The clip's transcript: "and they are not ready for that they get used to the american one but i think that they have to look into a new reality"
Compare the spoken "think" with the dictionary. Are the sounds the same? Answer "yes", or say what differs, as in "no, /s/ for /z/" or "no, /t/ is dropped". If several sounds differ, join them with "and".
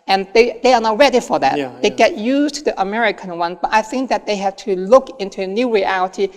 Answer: yes